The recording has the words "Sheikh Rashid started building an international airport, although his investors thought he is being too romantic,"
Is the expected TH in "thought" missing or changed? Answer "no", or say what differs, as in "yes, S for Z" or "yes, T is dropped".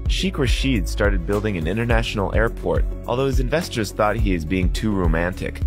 no